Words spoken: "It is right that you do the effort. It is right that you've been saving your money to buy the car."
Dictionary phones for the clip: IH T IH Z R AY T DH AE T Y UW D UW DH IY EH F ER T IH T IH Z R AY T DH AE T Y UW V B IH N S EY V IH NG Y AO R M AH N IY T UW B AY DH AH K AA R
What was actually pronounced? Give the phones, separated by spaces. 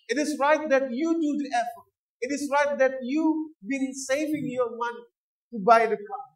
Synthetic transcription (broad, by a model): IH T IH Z R AY T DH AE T Y UW D UW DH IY EH F ER T IH T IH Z R AY T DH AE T Y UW B IH N S EY V IH NG Y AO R M AH N IY T UW B AY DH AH K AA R